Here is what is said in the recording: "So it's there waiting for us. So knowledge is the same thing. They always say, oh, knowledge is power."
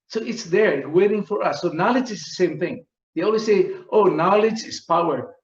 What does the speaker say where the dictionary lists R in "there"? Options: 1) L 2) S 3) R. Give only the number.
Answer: 3